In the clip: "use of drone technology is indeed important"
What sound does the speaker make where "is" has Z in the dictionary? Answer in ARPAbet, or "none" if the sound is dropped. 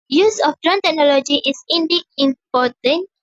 S